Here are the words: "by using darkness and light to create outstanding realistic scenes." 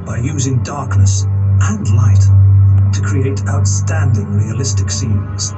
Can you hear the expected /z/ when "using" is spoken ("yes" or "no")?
yes